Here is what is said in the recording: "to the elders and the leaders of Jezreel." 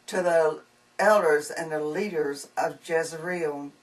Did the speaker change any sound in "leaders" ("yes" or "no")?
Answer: no